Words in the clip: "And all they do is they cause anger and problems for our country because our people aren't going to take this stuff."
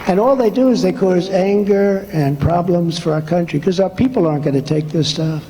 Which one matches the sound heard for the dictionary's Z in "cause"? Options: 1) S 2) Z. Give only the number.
2